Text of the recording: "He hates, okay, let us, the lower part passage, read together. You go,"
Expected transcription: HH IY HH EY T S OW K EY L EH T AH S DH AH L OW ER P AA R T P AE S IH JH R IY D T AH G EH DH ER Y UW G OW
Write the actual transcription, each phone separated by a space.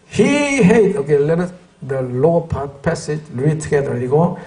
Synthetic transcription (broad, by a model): HH IY HH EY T OW K EY L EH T AH S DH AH L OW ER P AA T P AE S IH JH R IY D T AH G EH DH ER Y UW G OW